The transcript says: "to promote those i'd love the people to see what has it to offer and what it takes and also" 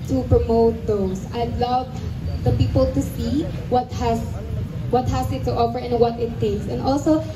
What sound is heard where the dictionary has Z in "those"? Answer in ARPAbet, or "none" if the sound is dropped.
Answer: S